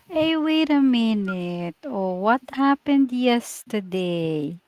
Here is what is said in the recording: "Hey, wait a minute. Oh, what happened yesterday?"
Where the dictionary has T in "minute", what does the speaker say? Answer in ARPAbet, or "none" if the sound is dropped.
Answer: T